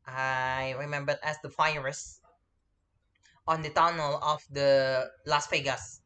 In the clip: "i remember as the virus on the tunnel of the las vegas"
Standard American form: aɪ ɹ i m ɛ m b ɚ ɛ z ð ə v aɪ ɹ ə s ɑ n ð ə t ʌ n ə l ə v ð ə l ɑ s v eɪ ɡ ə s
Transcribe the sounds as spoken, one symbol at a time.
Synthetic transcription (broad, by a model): aɪ ɹ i m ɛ m b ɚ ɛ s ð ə f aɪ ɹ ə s ɑ n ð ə t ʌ n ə l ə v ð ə l ɑ s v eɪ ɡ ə s